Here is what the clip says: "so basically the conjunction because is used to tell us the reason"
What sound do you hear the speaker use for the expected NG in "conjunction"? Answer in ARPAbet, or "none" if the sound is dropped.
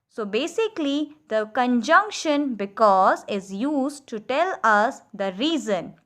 NG